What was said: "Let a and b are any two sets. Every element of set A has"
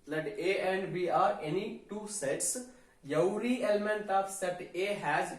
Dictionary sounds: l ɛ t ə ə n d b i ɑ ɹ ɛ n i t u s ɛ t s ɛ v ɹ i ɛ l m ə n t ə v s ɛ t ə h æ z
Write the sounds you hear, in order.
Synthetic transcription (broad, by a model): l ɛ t ə ə n d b i ɑ ɹ ɛ n i t u s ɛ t s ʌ w ɹ i ɛ l m ə n t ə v s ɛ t ə h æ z